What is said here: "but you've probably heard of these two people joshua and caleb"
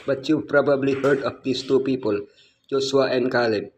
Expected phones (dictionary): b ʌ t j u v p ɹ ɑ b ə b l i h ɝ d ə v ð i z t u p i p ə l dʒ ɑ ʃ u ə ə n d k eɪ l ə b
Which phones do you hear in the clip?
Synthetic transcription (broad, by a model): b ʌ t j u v p ɹ ɑ b ə b l i h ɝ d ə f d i s t u p i p ə l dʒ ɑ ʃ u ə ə n k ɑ l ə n